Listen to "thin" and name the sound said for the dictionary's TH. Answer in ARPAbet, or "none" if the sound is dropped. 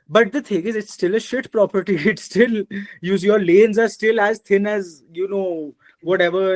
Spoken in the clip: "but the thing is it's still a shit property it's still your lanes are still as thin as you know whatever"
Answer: T